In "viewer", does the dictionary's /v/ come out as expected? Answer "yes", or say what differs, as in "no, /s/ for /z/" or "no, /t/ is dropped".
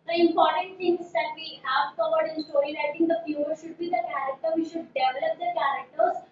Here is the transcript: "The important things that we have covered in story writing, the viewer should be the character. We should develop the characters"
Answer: no, /f/ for /v/